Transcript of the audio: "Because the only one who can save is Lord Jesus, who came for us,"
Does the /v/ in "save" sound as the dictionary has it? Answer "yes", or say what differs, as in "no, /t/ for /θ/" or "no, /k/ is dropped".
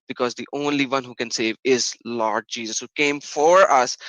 yes